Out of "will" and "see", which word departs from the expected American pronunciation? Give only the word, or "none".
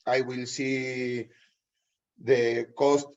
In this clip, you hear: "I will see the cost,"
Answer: none